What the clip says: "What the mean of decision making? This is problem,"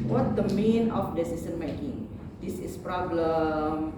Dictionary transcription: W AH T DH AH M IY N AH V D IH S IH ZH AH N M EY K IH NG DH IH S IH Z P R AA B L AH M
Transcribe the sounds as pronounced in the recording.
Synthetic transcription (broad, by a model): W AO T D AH M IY N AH F D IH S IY S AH N M EY K IH NG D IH S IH S P R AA B L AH M